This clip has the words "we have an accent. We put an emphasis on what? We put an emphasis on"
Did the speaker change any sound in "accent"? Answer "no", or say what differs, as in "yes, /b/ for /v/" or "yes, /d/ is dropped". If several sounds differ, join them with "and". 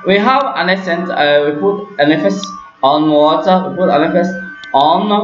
yes, /k/ is dropped